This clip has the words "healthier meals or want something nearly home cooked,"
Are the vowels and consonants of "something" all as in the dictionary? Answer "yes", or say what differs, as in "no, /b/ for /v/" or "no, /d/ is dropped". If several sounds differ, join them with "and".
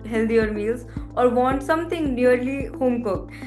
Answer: no, /t/ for /θ/